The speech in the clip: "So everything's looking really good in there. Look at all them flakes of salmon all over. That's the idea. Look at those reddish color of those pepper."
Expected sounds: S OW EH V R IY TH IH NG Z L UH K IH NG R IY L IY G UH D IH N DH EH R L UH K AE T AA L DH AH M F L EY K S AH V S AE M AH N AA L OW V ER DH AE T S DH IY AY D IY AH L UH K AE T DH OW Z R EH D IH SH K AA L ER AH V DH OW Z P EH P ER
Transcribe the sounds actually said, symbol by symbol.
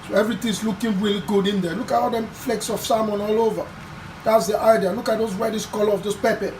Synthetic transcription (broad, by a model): S OW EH V R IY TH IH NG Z L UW K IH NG R IY L IY G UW D IH N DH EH L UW K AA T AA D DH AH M F L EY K S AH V S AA M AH N AA L OW V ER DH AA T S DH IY AY D IY AH L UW K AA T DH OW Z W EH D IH S K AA L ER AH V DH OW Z P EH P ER